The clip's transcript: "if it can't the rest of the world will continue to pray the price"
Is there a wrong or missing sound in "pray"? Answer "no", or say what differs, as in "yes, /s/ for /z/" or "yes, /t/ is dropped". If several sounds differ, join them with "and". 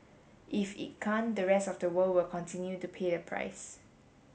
yes, /ɹ/ is dropped